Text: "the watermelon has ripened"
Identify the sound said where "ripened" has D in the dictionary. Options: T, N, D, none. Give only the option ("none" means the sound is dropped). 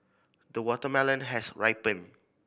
none